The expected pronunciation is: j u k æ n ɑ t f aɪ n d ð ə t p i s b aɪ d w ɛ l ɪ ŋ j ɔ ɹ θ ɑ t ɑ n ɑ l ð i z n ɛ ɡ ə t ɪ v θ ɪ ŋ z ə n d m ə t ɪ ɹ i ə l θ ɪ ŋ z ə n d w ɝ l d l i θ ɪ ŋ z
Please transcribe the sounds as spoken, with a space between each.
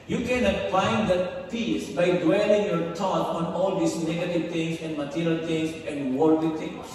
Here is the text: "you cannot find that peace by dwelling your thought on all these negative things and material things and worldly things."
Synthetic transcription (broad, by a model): j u k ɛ n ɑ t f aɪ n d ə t p i s b aɪ d w ɛ l ɪ ŋ j ɔ ɹ t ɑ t ɑ n ɑ l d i s n ɛ ɡ ə t ɪ v t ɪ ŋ s ə n d m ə t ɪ ɹ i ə l t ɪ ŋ s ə n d w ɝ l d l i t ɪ ŋ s